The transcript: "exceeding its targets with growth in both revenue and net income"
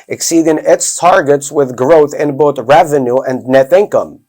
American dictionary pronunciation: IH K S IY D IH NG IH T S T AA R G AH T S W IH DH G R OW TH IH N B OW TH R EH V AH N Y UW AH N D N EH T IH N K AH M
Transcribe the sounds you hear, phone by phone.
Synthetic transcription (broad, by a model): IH K S IY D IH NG IH T S T AA R G AH T S W IH DH G R OW TH IH N B OW TH R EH V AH N Y UW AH N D N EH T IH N K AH M